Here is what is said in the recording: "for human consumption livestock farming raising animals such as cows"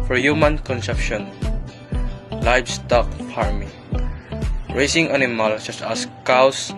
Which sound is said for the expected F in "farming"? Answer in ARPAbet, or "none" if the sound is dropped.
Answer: P